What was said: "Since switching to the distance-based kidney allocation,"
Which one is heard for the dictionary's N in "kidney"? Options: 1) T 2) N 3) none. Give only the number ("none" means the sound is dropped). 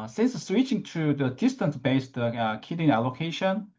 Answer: 3